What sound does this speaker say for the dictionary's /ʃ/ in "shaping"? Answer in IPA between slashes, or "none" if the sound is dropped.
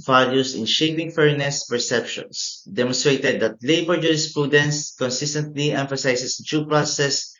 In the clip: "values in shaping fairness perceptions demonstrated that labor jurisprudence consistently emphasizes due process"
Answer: /ʃ/